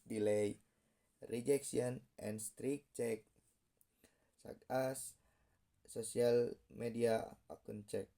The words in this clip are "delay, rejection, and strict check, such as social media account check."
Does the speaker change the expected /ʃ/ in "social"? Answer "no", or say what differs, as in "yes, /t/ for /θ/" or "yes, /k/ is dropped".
yes, /s/ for /ʃ/